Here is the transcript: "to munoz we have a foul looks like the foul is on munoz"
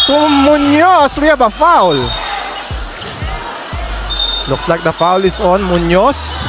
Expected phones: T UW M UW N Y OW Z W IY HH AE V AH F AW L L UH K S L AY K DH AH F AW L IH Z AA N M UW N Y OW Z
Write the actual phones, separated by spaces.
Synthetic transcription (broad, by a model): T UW M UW N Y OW S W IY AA B AH F AW L L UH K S L AY K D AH F AW L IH S AA N M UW N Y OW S